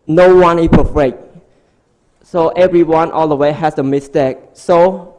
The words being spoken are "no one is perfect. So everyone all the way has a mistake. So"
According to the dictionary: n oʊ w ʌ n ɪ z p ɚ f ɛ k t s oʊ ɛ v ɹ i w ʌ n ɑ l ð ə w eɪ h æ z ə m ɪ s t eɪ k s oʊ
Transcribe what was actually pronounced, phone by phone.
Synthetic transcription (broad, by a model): n oʊ w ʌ n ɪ s p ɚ f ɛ k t s oʊ ɛ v ɹ i w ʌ n ɑ l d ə w eɪ h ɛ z ə m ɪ s t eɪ k s oʊ